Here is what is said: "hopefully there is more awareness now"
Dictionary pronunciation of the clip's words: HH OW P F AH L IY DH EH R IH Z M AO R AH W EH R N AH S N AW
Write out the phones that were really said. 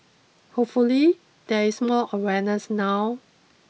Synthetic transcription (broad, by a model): HH OW P F AH L IY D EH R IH S M AO L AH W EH N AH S N AW